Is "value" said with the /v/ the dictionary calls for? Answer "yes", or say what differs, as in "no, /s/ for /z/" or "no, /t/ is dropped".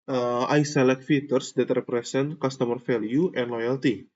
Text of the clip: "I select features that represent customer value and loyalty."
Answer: no, /f/ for /v/